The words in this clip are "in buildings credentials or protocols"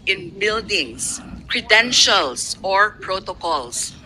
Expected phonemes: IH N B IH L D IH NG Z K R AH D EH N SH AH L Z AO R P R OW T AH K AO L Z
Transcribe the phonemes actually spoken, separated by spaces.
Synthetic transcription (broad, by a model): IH N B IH L D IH NG S K R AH D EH N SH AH L S AO R P R OW T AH K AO L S